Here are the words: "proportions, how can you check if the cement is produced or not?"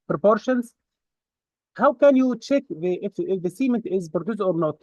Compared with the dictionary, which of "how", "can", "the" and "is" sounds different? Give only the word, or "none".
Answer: none